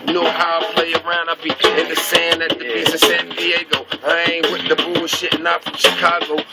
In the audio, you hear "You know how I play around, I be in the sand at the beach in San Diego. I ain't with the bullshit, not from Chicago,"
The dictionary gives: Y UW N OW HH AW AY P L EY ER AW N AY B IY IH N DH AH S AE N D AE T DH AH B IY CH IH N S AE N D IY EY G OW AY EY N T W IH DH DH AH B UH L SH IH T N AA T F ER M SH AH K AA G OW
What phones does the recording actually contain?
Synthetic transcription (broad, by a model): N OW HH AW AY P L EY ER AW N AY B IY IH N DH AH S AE N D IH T DH AH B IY S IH S AE N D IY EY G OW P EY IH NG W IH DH DH AH B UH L SH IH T N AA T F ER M SH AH K AA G OW